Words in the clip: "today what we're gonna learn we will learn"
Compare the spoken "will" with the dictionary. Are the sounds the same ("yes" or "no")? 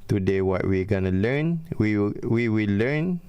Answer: no